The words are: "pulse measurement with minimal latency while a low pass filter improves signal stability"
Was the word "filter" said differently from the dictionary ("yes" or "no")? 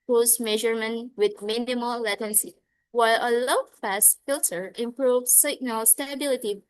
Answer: no